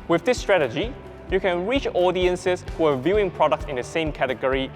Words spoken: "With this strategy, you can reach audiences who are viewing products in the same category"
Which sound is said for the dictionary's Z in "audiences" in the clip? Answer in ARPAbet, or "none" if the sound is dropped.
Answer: S